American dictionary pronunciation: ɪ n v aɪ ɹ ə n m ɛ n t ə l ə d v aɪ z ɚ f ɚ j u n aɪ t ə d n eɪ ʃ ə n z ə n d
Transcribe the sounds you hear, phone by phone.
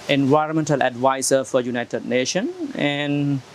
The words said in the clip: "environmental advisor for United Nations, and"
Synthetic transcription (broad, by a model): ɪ n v aɪ ɹ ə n m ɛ n t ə l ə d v aɪ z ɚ f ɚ j u n aɪ t ə d n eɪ ʃ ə n ə n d